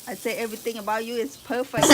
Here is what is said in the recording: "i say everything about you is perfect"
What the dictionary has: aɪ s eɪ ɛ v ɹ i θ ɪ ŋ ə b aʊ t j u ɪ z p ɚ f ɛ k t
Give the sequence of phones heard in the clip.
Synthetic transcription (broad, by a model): aɪ s eɪ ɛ v ɹ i t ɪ ŋ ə b aʊ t j u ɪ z p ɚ f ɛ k